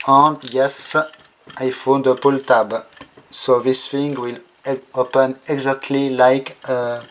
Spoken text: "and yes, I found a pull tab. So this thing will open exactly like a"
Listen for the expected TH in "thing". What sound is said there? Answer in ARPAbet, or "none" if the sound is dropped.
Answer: F